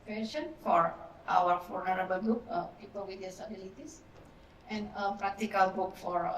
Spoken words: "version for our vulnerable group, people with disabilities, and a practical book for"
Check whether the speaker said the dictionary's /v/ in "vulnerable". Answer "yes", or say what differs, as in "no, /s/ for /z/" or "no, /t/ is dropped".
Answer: no, /f/ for /v/